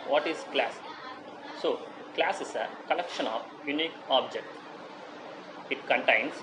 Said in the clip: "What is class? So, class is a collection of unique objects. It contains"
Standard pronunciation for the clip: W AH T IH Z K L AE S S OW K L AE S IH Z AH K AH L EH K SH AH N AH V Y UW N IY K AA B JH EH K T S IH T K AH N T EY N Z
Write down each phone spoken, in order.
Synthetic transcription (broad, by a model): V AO T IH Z K L AE S S OW K L AE S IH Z AH K AH L EH K SH AH N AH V Y UW N IY K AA B JH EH K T IH T K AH N T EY N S